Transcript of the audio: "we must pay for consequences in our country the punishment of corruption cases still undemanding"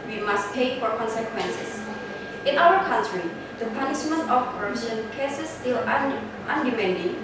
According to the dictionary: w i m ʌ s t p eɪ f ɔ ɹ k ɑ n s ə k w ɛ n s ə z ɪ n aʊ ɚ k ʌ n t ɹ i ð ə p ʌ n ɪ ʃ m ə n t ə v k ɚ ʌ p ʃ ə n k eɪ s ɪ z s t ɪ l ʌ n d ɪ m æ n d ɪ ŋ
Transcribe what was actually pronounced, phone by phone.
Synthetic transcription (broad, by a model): w i m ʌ s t p eɪ f ɔ ɹ k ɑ n s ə k w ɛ n s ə s ɪ n aʊ ɚ k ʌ n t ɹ i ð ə p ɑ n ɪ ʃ m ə n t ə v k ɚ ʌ ʃ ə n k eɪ s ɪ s t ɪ l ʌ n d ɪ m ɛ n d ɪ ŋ